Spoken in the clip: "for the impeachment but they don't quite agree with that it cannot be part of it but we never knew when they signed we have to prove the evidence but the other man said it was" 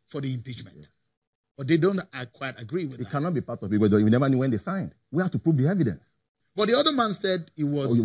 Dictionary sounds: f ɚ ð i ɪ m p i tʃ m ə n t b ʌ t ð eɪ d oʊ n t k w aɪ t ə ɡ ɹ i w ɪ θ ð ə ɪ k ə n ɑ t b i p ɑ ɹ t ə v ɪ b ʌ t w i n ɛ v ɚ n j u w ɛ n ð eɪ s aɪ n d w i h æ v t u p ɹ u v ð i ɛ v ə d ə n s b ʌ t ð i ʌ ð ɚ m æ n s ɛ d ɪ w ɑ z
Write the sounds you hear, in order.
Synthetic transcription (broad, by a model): f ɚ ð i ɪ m p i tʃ m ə n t b ʌ t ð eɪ d oʊ n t k w aɪ t ə ɡ ɹ i w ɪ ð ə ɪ k ə n ɑ t b i p ɑ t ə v ɪ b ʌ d w i n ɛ v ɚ n j u w ɛ n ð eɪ s aɪ n d w i h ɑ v t u p ɹ u v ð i ɛ v ə d ə n s b ʌ t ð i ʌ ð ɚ m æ n s ɛ d ɪ w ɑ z